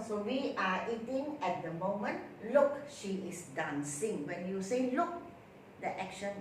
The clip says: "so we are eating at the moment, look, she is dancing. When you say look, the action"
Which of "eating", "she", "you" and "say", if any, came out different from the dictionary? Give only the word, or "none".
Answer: none